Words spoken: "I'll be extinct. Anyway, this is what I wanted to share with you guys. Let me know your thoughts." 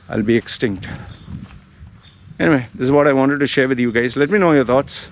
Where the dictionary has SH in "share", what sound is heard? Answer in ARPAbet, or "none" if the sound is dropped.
SH